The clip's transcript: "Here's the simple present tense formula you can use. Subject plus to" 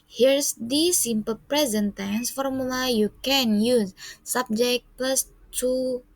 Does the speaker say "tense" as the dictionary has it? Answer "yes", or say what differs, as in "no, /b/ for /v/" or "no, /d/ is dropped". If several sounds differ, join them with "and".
yes